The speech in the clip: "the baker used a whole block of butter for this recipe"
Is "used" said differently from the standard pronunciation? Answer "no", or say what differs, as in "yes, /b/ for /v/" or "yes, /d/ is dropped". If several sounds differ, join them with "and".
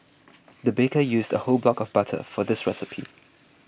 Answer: no